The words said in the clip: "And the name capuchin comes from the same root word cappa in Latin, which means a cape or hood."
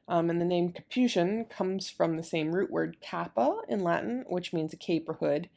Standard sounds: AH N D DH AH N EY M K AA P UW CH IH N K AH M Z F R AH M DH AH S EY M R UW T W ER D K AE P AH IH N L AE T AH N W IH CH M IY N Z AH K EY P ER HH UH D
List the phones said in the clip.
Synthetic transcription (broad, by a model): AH N DH AH N EY M K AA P UW SH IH N K AH M Z F R AH M DH AH S EY M R UW T W ER D K AE P AH IH N L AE T N W IH CH M IY N Z AH K EY P ER HH UH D